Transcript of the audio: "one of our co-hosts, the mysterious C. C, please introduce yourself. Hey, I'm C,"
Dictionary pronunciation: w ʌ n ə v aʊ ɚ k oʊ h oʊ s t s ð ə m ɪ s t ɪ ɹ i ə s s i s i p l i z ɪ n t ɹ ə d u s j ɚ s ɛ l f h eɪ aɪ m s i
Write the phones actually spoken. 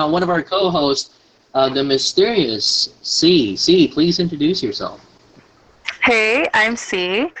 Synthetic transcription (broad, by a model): w ʌ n ə v aʊ ɚ k oʊ h oʊ s t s ð ə m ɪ s t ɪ ɹ i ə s s i s i p l i z ɪ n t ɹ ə d u s j ɚ s ɛ l f h eɪ aɪ m s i